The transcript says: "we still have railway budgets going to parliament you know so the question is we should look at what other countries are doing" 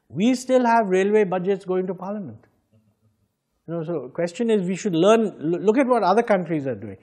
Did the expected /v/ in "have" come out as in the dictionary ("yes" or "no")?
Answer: yes